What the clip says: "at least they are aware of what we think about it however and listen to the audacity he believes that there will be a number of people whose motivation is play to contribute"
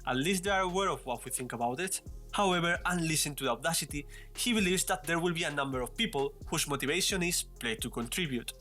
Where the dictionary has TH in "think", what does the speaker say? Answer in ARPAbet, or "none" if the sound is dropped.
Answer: TH